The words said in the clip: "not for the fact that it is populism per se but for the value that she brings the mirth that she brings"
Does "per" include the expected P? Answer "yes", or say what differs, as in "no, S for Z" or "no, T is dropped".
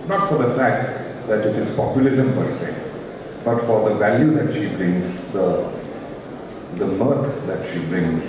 no, B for P